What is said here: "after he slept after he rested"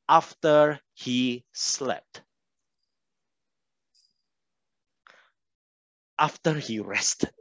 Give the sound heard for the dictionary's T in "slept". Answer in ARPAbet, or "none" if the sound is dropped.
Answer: T